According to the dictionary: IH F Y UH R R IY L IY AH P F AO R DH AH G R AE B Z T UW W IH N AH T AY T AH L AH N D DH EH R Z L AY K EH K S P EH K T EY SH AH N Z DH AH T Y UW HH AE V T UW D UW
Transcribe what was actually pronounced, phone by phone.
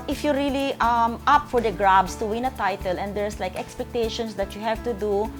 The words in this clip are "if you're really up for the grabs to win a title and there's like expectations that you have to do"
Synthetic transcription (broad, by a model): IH F Y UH R L IY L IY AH P F AO R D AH G R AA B S T UW W IH N AH T AY T AH L AH N D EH R S L AY K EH K S P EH K T EY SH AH N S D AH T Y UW HH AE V T UW D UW